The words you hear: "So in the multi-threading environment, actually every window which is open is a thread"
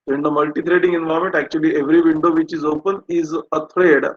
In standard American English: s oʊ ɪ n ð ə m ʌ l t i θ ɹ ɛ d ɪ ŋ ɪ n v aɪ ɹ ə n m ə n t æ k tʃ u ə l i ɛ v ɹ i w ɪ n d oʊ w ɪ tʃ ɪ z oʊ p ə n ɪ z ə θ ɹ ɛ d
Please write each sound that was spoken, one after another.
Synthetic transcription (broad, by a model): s oʊ ɪ n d ə m ʌ l t i t ɹ ɛ d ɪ ŋ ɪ n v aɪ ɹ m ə n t æ k tʃ u ə l i ɛ v ɹ i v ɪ n d oʊ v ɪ tʃ ɪ z oʊ p ə n ɪ z ə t ɹ ɛ d